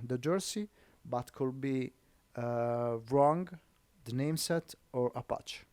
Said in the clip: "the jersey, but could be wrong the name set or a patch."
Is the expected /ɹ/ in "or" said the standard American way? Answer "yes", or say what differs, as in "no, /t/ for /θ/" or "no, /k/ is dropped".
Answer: yes